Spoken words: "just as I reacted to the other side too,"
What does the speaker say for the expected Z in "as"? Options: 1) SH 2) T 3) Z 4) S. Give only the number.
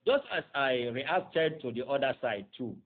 4